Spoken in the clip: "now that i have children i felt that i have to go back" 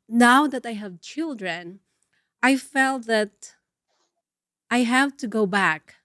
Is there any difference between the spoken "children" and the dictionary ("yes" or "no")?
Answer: no